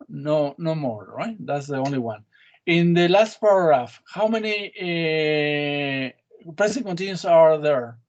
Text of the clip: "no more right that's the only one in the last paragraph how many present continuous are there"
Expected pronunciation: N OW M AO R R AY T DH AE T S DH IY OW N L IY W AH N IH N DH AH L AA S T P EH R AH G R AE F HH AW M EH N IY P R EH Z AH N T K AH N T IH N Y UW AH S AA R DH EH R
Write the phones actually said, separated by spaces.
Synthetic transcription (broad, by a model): N OW M AO R R AY T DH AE T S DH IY OW N L IY W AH N IH N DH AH L AA S T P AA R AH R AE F HH AW M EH N IY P R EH S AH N K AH N T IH N Y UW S AA R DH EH R